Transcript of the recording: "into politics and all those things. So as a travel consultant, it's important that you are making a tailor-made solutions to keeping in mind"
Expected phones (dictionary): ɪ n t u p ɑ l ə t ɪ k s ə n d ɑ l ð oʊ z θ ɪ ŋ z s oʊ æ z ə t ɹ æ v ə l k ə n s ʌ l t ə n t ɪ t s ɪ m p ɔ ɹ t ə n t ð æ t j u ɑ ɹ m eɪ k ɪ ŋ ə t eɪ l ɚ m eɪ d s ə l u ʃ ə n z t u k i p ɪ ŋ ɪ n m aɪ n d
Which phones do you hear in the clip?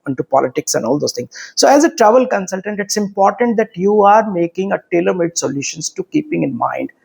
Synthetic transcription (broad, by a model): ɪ n t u p ɑ l ə t ɪ k s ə n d ɑ l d oʊ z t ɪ ŋ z s oʊ æ z ə t ɹ æ v ə l k ə n s ʌ l t ə n t ɪ t s ɪ m p ɔ ɹ t ə n t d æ t j u ɑ ɹ m eɪ k ɪ ŋ ə t eɪ l ɚ m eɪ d s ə l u ʃ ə n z t u k i p ɪ ŋ ɪ n m aɪ n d